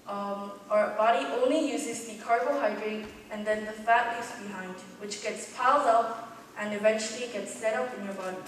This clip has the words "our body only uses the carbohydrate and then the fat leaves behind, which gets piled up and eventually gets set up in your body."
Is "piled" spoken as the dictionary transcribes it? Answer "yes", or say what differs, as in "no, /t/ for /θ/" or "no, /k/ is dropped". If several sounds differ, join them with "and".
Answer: yes